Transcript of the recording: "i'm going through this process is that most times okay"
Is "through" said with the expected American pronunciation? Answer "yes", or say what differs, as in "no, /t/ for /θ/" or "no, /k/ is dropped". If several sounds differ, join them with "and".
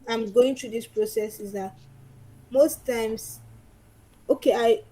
no, /t/ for /θ/